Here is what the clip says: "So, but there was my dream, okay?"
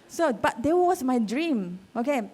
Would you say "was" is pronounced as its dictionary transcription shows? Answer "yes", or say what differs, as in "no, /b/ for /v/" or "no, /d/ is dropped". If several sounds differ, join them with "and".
no, /s/ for /z/